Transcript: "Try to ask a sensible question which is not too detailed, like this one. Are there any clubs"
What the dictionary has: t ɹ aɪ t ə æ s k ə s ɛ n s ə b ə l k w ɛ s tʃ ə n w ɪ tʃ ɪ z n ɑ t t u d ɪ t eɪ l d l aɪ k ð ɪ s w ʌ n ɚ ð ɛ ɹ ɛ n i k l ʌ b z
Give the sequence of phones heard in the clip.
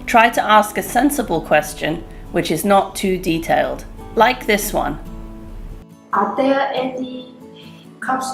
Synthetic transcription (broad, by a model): t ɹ aɪ t ə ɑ s k ə s ɛ n s ə b ə l k w ɛ s tʃ ə n w ɪ tʃ ɪ z n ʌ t t u d ɪ t eɪ l d l aɪ k ð ɪ s w ʌ n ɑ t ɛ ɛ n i k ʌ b